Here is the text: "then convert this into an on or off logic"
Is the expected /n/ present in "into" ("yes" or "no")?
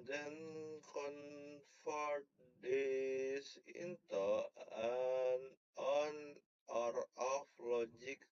yes